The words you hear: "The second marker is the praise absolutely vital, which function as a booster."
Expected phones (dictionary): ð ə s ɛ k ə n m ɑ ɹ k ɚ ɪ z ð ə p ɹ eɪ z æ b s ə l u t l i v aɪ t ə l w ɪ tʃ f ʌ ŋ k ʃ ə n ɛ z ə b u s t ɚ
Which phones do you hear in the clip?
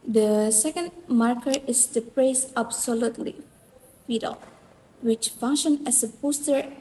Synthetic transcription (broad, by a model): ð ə s ɛ k ə n m ɑ ɹ k ɚ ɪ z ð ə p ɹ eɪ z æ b s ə l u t l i f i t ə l w ɪ tʃ f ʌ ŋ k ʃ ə n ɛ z ə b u s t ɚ